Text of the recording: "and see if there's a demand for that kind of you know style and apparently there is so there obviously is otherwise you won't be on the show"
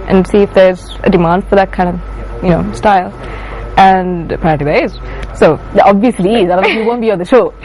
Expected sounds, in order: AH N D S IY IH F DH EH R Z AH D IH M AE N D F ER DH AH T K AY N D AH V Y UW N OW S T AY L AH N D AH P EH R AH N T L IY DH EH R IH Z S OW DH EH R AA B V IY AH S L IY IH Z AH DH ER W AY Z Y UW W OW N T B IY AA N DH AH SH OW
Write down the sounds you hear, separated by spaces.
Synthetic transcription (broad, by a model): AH N S IY IH F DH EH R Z AH D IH M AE N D F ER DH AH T K AY N D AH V Y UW N OW S T AY L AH N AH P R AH T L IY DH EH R IH Z S OW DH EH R AA B V IY AH S L IY IH Z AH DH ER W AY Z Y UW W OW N B IY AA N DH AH SH OW